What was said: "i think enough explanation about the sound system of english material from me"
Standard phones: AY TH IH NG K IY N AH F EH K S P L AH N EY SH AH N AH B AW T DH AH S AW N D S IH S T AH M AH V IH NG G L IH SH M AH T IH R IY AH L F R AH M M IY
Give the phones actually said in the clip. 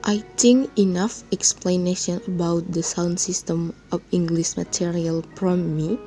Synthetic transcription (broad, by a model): AY T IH NG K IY N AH F EH K S P L AH N EY SH AH N AH B AW T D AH S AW N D S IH S T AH M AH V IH NG G L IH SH M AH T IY R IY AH L P R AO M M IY